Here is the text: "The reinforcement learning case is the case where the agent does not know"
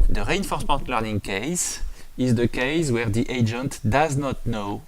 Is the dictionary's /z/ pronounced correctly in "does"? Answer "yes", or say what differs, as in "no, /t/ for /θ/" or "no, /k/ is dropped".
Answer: yes